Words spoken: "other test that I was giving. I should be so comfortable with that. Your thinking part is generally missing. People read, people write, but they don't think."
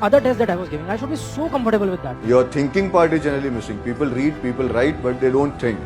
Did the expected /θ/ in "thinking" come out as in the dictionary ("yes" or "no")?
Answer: no